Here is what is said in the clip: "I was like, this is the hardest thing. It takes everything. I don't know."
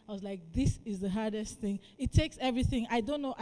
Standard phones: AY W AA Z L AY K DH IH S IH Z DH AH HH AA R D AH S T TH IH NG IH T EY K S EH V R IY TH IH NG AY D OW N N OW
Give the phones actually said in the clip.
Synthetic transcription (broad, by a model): AY W AA Z L AY K DH IH S IH Z DH AH HH AA R D AH S T TH IH NG IH T EY K S EH V R IY TH IH NG AY D OW N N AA